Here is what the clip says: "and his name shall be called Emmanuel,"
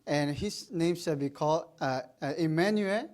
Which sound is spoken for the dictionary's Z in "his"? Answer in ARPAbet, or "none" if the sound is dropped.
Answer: S